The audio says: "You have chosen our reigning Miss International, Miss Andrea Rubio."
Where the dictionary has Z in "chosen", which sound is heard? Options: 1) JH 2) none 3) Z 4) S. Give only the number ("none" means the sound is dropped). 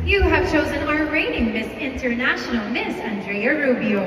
3